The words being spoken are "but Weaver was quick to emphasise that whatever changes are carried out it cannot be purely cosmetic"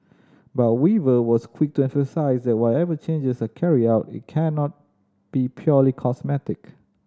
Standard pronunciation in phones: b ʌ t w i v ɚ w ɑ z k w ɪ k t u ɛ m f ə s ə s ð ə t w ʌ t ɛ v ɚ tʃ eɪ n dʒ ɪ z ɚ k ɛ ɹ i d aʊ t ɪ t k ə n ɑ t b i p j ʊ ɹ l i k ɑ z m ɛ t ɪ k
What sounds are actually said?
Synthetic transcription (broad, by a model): b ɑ t w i v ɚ w ɑ s k w ɪ k t u ɛ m f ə s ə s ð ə t w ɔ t ɛ v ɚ tʃ eɪ n dʒ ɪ s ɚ k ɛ ɹ i aʊ t ɪ t k ə n ɑ t b i p j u l i k ɑ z m ɛ t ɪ k